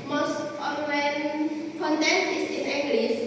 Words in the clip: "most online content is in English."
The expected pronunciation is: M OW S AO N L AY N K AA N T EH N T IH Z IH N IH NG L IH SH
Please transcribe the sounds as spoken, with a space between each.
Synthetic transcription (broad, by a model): M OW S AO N W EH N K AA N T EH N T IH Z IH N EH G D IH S